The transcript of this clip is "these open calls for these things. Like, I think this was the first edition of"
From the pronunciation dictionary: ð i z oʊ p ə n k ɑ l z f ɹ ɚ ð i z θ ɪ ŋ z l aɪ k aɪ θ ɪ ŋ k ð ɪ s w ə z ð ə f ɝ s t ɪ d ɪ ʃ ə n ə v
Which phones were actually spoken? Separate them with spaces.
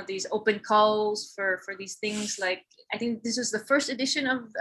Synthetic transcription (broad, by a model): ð i z oʊ p ə n k ɑ l z f ɹ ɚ ð i z θ ɪ ŋ z l aɪ k aɪ θ ɪ ŋ k ð ɪ s w ə z ð ə f ɝ s t ɪ d ɪ ʃ ə n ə v